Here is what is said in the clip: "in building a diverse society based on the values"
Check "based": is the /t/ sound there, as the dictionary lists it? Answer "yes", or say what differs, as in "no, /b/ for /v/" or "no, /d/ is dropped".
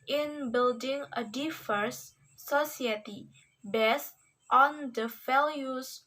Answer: yes